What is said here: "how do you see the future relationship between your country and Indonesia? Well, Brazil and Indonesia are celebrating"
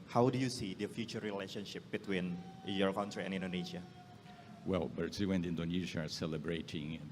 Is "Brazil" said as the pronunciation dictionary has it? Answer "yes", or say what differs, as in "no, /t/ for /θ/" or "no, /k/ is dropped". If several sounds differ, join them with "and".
no, /w/ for /l/